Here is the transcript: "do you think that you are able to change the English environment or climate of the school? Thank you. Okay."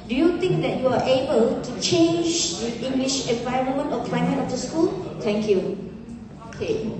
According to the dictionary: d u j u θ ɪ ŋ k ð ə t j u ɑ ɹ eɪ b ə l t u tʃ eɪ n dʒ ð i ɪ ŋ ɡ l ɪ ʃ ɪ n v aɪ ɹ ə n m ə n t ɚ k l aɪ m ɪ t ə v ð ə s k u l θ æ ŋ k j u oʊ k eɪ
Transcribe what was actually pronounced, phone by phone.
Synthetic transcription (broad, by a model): d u j u t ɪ ŋ k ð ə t j u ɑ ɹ eɪ b ə l t u tʃ eɪ n dʒ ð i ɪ ŋ ɡ l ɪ ʃ ɪ n v aɪ ɹ ə n m ə n t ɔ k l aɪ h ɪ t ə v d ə s k u l t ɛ ŋ k j u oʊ k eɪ